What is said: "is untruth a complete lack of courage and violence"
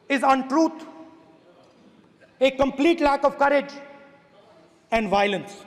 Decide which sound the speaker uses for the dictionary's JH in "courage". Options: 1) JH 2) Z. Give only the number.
1